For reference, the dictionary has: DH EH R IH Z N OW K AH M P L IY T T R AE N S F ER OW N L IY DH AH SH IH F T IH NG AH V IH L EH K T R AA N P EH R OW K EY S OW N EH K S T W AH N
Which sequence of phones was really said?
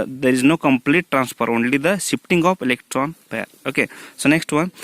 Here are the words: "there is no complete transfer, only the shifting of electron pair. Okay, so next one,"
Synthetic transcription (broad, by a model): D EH R IH Z N OW K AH M P L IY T T R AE N S P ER OW N L IY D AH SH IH P T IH NG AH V IH L EH K T R AA N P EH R OW K EY S OW N EH K S T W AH N